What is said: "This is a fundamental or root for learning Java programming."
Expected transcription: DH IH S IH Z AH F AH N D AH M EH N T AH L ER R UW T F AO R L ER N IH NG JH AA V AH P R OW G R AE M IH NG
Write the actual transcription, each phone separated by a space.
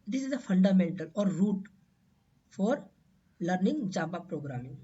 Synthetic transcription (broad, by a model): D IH S IH Z AH F AH N D AH M EH N T AH L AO R UW T F AO R L ER N IH NG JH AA B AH P R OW G R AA M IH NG